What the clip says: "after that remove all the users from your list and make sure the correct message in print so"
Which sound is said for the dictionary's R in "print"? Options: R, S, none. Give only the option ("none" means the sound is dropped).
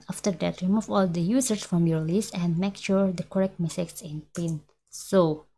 none